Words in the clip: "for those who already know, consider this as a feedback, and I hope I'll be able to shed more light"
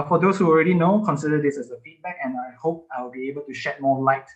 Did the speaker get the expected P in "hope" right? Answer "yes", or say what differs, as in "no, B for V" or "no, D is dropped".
yes